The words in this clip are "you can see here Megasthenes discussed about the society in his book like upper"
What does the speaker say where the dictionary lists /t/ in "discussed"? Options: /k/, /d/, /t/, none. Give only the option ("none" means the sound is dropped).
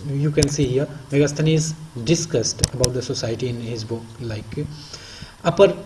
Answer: /t/